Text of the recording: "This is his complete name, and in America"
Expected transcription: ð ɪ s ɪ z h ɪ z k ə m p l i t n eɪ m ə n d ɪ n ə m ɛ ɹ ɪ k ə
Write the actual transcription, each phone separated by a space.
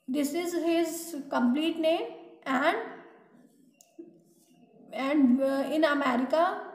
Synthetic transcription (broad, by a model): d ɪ s ɪ z h ɪ z k ə m p l i t n eɪ m ə n d ɪ n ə m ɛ ɹ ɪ k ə